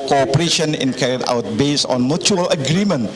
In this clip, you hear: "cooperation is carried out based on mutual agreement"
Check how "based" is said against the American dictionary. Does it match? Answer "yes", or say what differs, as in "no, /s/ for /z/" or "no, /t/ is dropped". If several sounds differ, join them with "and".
no, /t/ is dropped